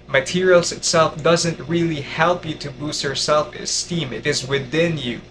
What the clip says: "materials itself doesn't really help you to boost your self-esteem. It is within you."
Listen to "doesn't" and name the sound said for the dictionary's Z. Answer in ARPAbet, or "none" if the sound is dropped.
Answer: Z